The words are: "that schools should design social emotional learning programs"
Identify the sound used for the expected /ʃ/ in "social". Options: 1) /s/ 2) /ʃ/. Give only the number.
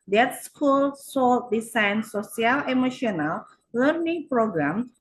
1